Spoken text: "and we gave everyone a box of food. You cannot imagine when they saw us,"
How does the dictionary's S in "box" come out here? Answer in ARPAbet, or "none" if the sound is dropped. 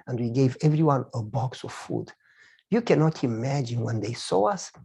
S